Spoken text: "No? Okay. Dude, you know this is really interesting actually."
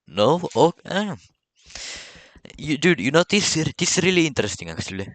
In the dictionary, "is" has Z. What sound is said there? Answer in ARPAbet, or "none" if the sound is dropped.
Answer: S